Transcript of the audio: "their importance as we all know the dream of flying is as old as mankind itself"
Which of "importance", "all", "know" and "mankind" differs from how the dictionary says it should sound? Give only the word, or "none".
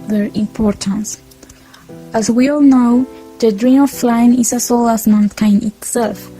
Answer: mankind